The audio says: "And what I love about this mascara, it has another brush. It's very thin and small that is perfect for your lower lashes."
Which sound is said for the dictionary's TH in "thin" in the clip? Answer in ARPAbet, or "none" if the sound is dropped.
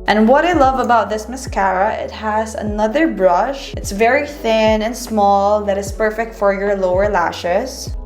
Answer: TH